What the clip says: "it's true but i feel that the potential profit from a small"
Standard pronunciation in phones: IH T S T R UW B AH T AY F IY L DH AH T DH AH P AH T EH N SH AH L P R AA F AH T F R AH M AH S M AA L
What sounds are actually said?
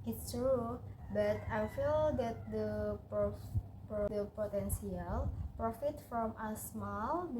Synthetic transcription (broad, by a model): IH T S T R UW B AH T AY F IY L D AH T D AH P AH T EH N S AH L P R AA F AH T F R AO M AH S M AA L